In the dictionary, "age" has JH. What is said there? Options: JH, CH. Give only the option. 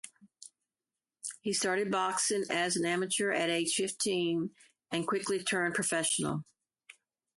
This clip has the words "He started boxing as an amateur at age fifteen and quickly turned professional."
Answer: CH